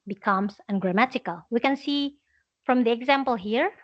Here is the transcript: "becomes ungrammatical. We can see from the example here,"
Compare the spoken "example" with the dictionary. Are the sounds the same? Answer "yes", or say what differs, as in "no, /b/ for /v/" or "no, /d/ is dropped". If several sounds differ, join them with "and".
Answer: yes